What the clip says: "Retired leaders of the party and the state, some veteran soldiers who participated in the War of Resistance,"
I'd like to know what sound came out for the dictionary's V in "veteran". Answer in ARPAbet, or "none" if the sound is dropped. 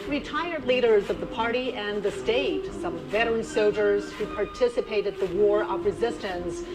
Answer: V